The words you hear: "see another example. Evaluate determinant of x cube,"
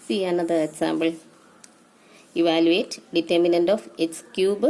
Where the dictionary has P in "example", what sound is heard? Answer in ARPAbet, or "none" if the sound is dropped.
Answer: B